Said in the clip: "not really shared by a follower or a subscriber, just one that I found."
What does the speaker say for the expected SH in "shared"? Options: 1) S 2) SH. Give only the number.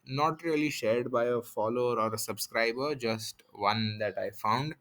2